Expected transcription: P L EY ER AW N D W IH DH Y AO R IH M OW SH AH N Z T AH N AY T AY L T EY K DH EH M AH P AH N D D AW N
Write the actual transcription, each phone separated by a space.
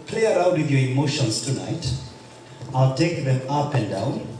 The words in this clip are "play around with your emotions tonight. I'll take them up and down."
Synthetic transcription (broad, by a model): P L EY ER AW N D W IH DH Y AO R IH M OW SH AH N S T AH N AY T AY L T EY K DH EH M AH P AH N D D AW N